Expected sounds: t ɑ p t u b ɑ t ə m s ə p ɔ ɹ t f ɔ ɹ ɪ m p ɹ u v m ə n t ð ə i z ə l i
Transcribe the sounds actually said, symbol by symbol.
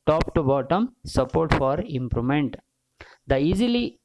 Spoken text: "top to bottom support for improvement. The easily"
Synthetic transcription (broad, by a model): t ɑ p t u b ɑ t ə m s ə p ɔ ɹ t f ɔ ɹ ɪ m p ɹ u m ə n t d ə i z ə l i